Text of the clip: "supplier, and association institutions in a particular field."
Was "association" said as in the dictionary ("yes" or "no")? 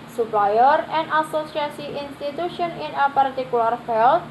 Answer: no